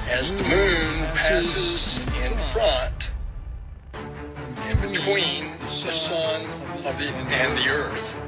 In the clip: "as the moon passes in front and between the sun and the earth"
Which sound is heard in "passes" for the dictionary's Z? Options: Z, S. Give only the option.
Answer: Z